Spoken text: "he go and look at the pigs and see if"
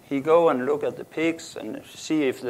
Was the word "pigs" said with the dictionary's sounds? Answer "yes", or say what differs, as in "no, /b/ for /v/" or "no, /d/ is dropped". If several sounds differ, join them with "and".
no, /s/ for /z/